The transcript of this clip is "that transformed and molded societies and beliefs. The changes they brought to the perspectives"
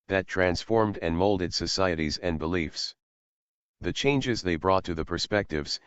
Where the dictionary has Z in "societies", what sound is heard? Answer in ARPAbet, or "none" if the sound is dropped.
Z